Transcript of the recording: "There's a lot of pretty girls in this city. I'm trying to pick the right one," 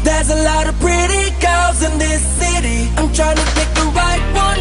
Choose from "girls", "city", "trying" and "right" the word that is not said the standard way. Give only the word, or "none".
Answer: girls